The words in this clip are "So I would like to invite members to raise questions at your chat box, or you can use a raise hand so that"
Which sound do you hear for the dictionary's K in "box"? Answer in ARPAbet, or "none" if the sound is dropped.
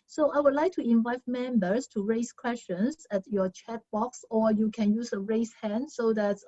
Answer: K